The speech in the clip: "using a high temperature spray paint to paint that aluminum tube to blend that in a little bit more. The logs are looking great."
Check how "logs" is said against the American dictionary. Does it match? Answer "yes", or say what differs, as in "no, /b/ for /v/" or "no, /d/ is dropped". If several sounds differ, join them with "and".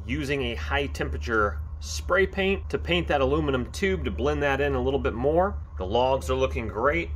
yes